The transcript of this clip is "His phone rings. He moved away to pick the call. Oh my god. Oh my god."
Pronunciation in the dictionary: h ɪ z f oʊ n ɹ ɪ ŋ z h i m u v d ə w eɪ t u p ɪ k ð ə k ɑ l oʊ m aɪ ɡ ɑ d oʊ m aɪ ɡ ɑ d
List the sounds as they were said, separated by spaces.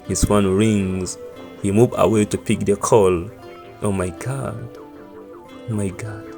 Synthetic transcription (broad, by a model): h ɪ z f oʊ n ɹ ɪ ŋ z h i m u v ə w eɪ t u p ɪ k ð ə k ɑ l oʊ m aɪ ɡ ɑ d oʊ m aɪ ɡ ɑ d